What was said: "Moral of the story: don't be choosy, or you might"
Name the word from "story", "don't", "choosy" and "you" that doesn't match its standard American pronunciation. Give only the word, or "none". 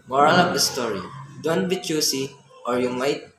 choosy